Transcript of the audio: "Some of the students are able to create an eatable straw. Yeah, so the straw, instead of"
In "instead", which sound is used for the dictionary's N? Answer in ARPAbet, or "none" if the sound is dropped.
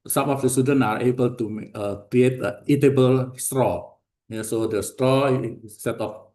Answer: none